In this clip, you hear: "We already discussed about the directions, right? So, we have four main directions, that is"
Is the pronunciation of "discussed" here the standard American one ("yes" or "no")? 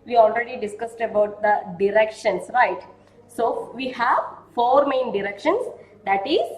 yes